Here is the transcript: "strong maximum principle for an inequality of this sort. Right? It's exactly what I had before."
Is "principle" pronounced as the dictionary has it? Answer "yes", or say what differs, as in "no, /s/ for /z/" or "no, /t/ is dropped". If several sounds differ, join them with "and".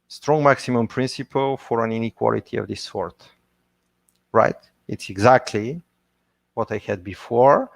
yes